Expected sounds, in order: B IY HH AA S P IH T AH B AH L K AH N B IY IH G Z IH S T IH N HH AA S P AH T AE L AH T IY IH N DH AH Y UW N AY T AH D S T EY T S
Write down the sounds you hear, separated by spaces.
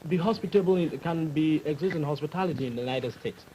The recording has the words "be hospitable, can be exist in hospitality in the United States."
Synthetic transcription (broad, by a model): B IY HH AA S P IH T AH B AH N K AH N B IY IH G Z IH S T IH N HH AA S P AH T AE L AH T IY IH N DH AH Y UW N AY T AH D S T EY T S